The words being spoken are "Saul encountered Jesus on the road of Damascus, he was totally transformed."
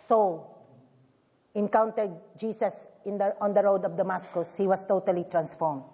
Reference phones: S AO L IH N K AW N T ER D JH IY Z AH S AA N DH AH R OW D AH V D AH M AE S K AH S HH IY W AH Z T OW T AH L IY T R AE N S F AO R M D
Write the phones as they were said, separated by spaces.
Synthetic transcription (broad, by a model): S AO L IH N K AW N T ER D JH IY S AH S AA N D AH R OW D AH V D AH M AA S K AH S HH IY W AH S T OW T AH L IY T R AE N S F AO R M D